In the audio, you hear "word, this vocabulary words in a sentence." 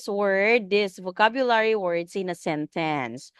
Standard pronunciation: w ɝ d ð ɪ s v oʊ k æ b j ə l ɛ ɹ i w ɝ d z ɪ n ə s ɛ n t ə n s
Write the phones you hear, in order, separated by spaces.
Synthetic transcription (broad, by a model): w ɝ d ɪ s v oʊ k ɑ b j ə l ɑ ɹ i w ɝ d s ɪ n ə s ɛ n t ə n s